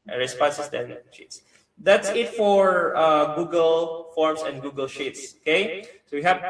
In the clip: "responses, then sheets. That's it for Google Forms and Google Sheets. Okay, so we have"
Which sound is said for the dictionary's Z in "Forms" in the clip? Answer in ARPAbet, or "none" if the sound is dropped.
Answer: S